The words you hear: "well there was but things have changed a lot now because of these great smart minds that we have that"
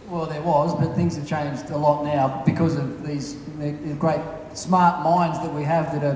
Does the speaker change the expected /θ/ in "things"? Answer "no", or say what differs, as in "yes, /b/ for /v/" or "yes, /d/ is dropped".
no